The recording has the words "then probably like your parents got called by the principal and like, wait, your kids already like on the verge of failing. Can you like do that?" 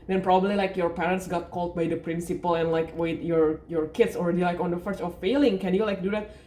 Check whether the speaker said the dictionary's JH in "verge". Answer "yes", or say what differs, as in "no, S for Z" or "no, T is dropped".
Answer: no, CH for JH